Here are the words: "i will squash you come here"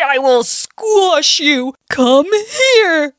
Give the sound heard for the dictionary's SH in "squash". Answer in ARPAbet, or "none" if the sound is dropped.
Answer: SH